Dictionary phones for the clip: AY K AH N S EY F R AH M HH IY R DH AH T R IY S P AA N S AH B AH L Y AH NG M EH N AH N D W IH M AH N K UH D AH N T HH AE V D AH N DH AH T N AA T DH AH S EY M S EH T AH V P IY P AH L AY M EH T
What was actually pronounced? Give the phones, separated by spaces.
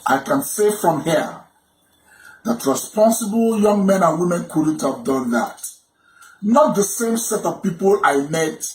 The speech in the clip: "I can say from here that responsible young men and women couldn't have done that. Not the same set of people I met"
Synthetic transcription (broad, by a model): AY K AH N S EY F R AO M HH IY DH AH T R IY S P AA N S AH B AH L Y AH NG M EH N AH N W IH M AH N K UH D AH N T HH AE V D AH N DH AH T N AA T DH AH S EY M S EH T AH V P IY P AH L AY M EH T